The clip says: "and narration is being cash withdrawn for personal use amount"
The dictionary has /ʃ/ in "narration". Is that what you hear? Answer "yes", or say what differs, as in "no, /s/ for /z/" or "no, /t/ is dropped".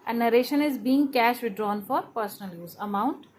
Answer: yes